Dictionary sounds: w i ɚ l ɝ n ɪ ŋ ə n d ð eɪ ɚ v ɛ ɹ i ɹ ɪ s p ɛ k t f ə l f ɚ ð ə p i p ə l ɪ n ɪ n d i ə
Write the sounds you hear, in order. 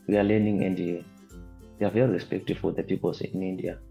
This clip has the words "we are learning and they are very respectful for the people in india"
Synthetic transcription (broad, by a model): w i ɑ l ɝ n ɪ ŋ ə n d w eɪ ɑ v ɛ ɹ i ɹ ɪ s p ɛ k t ə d f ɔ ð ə p i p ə l ɪ n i n d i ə